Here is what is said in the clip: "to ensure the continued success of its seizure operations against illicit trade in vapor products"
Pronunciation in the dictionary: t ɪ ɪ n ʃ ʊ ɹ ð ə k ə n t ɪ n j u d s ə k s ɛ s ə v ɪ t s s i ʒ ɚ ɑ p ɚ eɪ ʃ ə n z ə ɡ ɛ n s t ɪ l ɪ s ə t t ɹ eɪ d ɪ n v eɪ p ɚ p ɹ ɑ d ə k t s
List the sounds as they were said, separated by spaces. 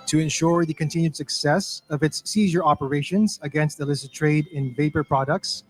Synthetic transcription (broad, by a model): t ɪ ɪ n ʃ ʊ ɹ ð ə k ə n t ɪ n j u d s ə k s ɛ s ə v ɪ t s s i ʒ ɚ ɑ p ɚ eɪ ʃ ə n z ə ɡ ɛ n s t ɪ l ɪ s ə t t ɹ eɪ d ɪ n v eɪ p ɚ p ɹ ɑ d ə k t s